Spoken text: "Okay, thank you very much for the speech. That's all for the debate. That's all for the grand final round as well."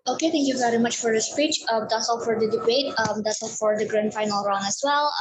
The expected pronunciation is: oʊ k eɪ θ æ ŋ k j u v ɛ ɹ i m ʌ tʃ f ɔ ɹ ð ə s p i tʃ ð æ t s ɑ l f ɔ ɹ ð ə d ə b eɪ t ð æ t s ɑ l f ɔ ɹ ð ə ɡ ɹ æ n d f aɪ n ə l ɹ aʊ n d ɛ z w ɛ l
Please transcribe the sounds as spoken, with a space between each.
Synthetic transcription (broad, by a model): oʊ k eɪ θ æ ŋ k j u v ɛ ɹ i m ʌ tʃ f ɔ ɹ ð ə s p i tʃ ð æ t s ɑ l f ɔ ɹ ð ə d ə b eɪ t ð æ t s ɑ l f ɔ ɹ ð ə ɡ ɹ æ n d f aɪ n ə l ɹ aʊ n ɛ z w ɛ l